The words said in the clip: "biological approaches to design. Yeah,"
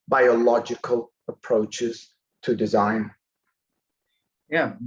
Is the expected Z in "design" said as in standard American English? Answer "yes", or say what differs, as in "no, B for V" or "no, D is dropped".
yes